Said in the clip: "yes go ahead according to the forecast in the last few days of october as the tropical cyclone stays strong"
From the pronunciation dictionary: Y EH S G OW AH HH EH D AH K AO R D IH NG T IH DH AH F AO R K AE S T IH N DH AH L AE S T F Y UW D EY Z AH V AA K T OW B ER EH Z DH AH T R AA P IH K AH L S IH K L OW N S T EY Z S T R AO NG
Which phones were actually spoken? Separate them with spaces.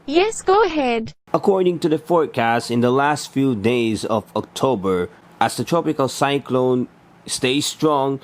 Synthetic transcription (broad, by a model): Y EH S G OW AH HH EH D AH K AO R D IH NG T IH DH AH F AO R K AE S T IH N DH AH L AE S T F Y UW D EY Z AH V AA K T OW B ER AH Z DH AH T R AA P IH K AH L S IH K L OW N S T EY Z S T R AO NG